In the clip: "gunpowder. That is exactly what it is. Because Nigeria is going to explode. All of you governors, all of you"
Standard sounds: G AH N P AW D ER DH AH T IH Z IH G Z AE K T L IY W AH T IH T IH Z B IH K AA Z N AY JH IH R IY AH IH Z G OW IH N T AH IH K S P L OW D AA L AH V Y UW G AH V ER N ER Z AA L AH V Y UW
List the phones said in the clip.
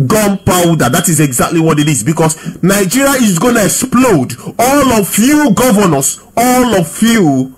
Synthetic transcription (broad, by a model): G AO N P AW D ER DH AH T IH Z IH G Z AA K T L IY W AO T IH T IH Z B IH K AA S N AY JH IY R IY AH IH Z G OW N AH IH K S P L OW D AA L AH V Y UW G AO V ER N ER S AA L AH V Y UW